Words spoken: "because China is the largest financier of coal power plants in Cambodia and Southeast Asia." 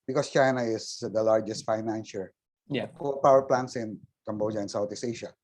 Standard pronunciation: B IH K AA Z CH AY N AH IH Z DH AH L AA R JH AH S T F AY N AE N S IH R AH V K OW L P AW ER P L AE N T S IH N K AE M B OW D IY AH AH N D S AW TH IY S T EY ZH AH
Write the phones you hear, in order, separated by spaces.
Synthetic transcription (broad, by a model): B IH K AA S CH AY N AH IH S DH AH L AA R JH AH S T F AY N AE N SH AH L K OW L P AW ER P L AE N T S IH N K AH M B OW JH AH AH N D S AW T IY S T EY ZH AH